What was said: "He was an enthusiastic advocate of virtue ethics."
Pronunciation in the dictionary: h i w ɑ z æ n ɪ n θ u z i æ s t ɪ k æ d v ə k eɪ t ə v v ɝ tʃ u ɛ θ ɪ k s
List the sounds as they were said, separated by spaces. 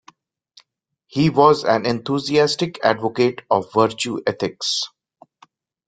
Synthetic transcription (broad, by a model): h i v ɑ z æ n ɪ n t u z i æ s t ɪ k æ d v ə k eɪ t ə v v ɝ tʃ u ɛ t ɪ k s